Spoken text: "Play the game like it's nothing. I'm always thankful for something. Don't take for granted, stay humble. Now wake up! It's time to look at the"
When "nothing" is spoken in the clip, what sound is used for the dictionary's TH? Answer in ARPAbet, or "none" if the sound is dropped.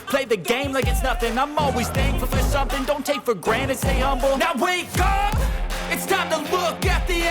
TH